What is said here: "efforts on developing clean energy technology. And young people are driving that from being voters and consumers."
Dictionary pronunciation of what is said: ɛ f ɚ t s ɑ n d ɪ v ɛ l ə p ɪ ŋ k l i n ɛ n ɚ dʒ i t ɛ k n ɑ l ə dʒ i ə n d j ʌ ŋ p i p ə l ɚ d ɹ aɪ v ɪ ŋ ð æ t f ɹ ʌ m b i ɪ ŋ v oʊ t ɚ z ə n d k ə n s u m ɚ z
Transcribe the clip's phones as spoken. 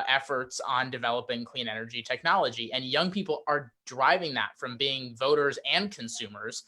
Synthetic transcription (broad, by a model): ɛ f ɚ t s n d ɪ v ɛ l ə p ɪ ŋ k l i n ɛ n ɚ dʒ i t ɛ k n ɑ l ə dʒ i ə n j ʌ ŋ p i p l ɚ d ɹ aɪ v ɪ ŋ ð æ t f ɹ ʌ m b i ɪ ŋ v oʊ t ɚ z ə n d k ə n s u m ɚ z